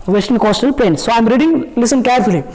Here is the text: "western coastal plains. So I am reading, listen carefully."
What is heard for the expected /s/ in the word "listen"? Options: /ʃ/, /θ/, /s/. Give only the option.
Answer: /s/